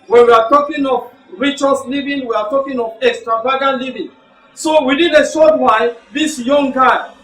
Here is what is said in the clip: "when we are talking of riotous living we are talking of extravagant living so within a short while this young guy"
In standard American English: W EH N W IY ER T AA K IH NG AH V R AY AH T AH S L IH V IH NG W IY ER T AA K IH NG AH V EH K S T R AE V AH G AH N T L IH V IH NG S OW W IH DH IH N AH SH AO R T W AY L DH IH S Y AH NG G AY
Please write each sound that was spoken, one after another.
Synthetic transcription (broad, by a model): W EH N W IY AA T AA K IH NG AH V R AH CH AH S L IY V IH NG W IY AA T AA K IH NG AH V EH K S T R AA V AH G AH N L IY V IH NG S OW W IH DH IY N AH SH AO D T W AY N DH IH S Y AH NG G AY